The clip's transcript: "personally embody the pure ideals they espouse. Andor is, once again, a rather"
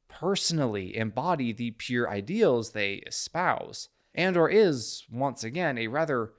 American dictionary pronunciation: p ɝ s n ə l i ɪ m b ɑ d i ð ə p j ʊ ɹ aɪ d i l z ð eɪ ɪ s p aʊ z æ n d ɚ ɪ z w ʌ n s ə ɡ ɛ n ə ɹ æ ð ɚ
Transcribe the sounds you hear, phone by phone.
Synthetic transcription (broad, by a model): p ɝ s n l i ɪ m b ɑ d i ð ə p j ʊ ɹ aɪ d i l z ð eɪ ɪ s p aʊ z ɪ n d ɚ ɪ z w ʌ n s ə ɡ ɛ n ə ɹ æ ð ɚ